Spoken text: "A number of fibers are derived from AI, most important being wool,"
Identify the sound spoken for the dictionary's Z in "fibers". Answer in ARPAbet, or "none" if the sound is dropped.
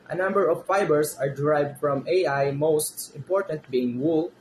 S